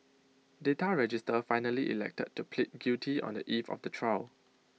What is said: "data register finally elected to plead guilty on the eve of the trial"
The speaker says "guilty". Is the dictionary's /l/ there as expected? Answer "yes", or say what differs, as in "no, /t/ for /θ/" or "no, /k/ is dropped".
no, /l/ is dropped